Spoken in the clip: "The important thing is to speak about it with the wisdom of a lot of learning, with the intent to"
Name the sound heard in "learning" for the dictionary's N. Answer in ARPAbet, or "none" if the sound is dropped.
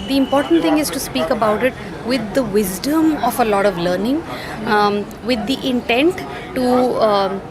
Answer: N